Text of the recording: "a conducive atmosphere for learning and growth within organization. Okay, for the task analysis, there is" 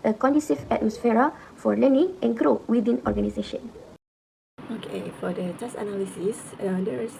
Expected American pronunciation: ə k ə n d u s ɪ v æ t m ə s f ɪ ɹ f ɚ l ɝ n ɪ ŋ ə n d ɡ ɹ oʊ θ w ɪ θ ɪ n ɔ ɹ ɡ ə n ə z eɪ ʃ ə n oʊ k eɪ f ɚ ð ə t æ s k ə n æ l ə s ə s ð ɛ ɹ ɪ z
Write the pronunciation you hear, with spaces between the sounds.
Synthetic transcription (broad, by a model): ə k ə n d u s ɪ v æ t m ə s f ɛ ɹ f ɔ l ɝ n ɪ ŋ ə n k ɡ ɹ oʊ w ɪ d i n ɔ ɹ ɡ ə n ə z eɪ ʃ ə n oʊ k eɪ f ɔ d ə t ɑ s ə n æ l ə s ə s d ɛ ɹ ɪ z